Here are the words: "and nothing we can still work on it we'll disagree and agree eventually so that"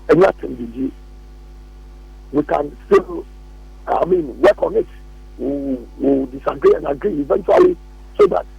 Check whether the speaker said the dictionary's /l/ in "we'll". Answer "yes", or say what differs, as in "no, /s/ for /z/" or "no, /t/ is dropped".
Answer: no, /w/ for /l/